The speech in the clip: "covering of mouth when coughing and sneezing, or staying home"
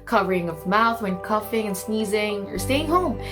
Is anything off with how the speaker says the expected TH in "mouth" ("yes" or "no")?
no